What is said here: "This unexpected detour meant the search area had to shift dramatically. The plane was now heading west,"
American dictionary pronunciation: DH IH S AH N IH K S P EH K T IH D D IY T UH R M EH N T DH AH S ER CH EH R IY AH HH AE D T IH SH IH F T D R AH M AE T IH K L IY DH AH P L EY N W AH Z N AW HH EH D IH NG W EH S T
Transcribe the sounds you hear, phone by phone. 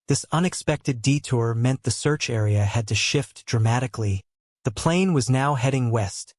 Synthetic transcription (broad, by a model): DH IH S AH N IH K S P EH K T IH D D IY T UH R M EH N DH AH S ER CH EH R IY AH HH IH D T IH SH IH F T D R AH M AE T IH K L IY DH AH P L EY N W AH Z N AW HH EH D IH NG W EH S T